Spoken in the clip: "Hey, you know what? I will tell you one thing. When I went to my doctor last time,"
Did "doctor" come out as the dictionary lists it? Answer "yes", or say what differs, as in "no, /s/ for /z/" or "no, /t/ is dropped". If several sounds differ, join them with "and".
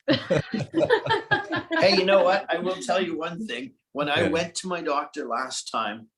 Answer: yes